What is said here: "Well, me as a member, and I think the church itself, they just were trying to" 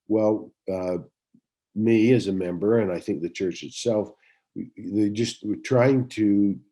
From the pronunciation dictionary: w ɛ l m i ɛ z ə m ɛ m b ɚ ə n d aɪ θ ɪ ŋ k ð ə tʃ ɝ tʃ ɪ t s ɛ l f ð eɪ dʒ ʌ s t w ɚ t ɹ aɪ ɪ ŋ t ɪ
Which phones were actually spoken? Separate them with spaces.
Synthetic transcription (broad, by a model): w ɛ l m i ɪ z ə m ɛ m b ɚ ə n aɪ θ ɪ ŋ k ð ə tʃ ɝ tʃ ɪ t s ɛ l f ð dʒ ʌ s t t ɹ aɪ ɪ ŋ t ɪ